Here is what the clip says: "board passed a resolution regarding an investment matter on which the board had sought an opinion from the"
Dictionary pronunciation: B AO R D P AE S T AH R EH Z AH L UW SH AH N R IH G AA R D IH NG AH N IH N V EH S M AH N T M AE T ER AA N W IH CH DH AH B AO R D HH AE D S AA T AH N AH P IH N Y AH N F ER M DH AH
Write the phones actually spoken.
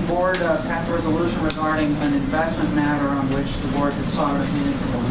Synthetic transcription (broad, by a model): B AO R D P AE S AH R EH Z AH L UW SH AH N R IH G AA R D IH NG AH N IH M V EH S M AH N M AE T ER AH N W IH CH DH AH B AO R D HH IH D S AA T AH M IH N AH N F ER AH